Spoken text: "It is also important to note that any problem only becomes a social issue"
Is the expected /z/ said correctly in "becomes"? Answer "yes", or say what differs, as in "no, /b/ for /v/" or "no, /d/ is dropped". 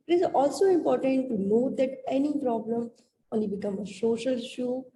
no, /z/ is dropped